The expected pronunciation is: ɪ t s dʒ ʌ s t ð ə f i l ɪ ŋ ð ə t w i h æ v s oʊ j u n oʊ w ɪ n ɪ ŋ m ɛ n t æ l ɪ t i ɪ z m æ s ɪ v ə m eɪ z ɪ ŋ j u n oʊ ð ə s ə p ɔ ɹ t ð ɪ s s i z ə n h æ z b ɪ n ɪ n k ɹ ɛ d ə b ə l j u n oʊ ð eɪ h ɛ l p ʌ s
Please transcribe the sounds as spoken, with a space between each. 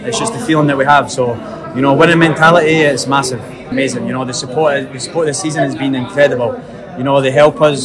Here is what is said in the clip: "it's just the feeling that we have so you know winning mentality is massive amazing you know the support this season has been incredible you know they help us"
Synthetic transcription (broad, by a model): ɪ t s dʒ ʌ s ð ə f i l ɪ ŋ ð ə t w i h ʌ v s oʊ j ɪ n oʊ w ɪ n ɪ m ɛ n t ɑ l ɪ t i ɪ s m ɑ s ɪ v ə m eɪ z ɪ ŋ j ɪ n oʊ ð ə s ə p ɔ ɹ t ð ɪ s s i z ə n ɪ z b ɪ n ɪ n k ɹ ɛ d ə b ə l j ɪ n oʊ ð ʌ h ɛ l p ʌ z